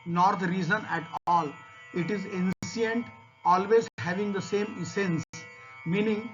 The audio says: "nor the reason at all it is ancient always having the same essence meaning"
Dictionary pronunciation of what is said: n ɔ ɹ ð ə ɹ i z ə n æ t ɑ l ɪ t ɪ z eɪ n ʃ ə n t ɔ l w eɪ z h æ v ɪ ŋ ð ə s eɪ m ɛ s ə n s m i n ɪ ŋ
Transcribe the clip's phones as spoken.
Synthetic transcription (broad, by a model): n ɔ ɹ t ɹ i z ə n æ t ɑ l ɪ t ɪ z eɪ n s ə n t ɔ l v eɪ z h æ v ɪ ŋ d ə s eɪ m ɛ s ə n s m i n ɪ ŋ